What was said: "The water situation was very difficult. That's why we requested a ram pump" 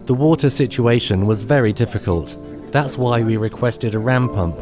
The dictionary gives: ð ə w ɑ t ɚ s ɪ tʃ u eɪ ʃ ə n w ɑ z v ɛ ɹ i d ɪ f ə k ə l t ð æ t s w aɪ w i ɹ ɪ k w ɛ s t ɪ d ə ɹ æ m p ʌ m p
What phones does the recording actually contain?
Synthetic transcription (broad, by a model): ð ə w ɑ t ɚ s ɪ tʃ u eɪ ʃ ə n w ɑ z v ɛ ɹ i d ɪ f ə k ə l t ð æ t s w aɪ w i ɹ ɪ k w ɛ s t ɪ d ə ɹ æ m p ʌ m p